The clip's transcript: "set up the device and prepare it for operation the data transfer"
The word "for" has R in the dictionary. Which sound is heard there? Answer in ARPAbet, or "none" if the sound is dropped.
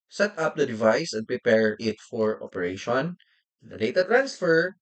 R